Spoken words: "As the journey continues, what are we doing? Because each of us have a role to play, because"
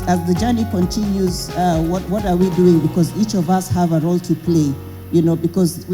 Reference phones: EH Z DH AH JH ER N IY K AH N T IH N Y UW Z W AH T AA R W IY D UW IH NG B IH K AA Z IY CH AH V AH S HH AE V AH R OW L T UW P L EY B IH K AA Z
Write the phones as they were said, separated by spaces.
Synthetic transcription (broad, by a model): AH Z DH AH JH ER N IY K AH N T IH N Y UW Z W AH T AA R W IY D UW IH NG B IH K AA Z IY CH AH V AH S HH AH V AH R OW L T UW P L EY B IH K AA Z